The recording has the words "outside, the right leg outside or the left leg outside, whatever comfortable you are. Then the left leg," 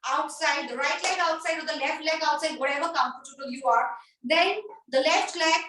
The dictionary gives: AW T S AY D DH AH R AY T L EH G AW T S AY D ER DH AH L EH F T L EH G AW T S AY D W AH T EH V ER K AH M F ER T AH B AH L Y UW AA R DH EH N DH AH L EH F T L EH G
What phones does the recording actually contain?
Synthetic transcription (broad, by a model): AW T S AY D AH R AY T L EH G AW T S AY D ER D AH L EH F T L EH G AW T S AY D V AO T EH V ER K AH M P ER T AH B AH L Y UW AA R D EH N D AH L EH F T L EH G